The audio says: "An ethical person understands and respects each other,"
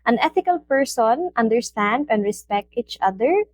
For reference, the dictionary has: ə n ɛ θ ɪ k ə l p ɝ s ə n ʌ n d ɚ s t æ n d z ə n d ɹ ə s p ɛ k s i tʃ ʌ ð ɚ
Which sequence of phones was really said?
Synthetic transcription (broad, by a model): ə n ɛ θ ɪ k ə l p ɝ s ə n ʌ n d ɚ s t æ n d ə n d ɹ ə s p ɛ k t i tʃ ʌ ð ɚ